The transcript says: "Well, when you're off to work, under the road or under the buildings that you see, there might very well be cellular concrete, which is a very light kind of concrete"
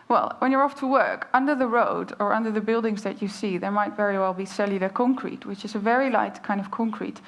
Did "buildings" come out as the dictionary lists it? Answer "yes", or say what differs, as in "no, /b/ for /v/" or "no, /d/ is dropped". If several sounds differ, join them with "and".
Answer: yes